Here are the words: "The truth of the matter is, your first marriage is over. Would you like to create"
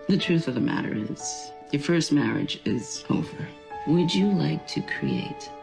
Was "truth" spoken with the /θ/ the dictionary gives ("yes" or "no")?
yes